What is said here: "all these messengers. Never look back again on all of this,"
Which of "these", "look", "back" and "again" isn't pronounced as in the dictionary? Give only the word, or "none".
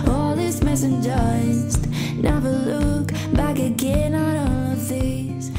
these